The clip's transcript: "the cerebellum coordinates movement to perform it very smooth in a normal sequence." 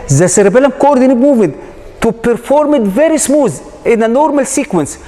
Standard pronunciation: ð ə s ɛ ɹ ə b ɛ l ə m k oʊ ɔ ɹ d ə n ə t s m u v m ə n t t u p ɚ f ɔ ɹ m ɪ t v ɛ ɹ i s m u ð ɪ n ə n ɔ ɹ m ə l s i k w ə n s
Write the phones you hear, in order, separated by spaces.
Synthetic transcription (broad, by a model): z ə s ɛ ɹ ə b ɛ l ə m k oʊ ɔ ɹ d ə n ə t m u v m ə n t t u p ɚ f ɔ ɹ m ɪ t v ɛ ɹ i s m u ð ɪ n ə n ɔ ɹ m ə l s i k w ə n s